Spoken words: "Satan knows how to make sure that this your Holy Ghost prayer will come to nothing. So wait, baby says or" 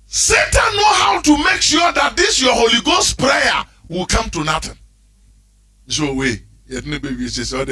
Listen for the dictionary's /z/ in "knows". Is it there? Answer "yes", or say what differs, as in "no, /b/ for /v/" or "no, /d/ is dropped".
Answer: no, /z/ is dropped